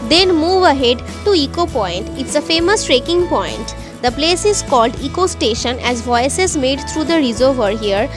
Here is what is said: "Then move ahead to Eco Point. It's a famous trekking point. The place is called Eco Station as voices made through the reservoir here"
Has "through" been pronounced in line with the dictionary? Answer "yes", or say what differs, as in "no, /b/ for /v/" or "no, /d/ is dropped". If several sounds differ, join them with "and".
no, /t/ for /θ/